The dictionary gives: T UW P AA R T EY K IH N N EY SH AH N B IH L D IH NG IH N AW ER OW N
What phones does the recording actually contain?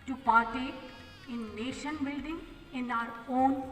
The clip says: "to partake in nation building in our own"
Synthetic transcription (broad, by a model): T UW P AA R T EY IH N N EY SH AH N B IH L D IH NG IH N AW ER OW N